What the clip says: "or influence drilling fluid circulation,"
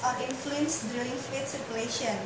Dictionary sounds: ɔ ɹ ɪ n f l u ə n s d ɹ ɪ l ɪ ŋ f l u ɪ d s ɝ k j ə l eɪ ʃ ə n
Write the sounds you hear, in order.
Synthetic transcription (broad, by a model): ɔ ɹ ɪ n f l u ə n s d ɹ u ɪ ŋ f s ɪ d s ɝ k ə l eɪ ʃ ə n